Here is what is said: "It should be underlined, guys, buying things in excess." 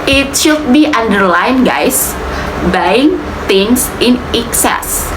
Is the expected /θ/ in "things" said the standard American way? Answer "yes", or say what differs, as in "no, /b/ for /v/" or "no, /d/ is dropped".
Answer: no, /t/ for /θ/